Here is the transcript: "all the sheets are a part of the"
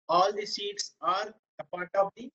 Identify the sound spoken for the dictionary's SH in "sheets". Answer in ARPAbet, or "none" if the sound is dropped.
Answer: S